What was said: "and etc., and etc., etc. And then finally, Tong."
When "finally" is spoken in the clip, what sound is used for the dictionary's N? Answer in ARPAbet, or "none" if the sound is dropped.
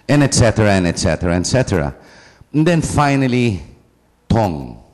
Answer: N